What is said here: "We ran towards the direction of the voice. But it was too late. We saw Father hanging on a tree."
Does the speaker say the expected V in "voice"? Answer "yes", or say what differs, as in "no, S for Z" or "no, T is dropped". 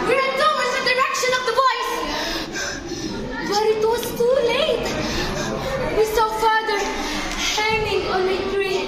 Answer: no, B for V